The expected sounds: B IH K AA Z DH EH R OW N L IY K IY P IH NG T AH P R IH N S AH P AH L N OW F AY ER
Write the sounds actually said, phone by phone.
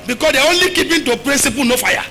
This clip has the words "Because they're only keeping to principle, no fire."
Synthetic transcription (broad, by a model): B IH K AA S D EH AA OW N L IY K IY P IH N T AH P R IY N S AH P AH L N OW F AY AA